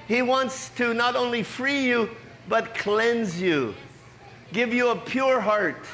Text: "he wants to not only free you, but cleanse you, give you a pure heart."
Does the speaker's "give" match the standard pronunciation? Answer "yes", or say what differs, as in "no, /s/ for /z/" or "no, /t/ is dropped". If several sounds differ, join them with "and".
yes